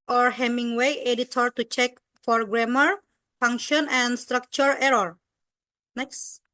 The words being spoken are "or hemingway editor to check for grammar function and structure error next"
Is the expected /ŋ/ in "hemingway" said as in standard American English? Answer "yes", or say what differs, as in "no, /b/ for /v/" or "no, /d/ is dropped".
yes